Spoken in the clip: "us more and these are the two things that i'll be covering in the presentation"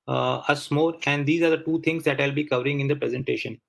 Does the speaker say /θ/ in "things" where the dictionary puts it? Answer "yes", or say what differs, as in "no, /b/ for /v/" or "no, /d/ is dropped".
no, /t/ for /θ/